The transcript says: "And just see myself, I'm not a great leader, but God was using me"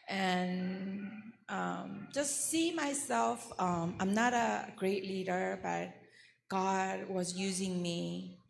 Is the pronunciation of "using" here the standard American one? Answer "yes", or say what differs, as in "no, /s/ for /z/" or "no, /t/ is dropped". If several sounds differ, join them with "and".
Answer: yes